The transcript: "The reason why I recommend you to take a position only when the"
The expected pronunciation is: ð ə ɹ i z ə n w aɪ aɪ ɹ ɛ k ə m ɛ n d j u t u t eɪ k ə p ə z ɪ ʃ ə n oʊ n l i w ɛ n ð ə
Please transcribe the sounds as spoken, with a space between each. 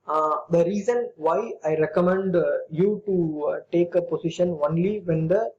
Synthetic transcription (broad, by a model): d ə ɹ i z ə n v aɪ aɪ ɹ ɛ k ə m ɛ n d j u t u t eɪ k ə p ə s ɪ ʃ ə n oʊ n l i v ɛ n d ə